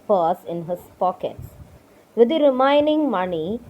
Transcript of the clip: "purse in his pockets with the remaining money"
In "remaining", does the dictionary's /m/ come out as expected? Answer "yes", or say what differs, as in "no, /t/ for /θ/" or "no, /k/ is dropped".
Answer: no, /m/ is dropped